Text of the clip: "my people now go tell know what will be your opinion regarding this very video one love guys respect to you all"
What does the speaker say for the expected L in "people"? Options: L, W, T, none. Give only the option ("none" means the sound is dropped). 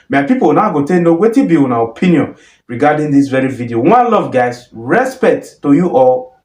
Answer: W